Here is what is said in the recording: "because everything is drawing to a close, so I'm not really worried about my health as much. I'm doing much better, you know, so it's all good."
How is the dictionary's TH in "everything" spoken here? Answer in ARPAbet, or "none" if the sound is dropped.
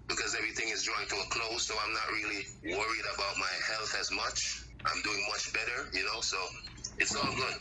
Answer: TH